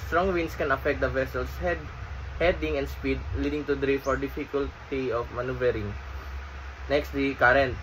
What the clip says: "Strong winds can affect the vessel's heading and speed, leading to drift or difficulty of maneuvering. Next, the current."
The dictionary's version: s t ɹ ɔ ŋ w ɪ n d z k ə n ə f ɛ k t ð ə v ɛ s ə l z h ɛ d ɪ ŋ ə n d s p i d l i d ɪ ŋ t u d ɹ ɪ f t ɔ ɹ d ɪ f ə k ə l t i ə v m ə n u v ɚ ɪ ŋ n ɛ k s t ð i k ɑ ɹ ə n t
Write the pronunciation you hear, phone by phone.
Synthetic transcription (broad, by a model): s t ɹ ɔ ŋ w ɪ n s k ə n ə f ɛ k t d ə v ɛ s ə l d h ɛ d ɪ ŋ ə n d s p i d l i d ɪ ŋ t u d ɹ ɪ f ɔ ɹ d ɪ f ə k ə l t i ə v m ə n u v ɚ ɪ ŋ n ɛ k s t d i k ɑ ɹ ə n t